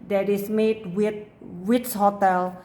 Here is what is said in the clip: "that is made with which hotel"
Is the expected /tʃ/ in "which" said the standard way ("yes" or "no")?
no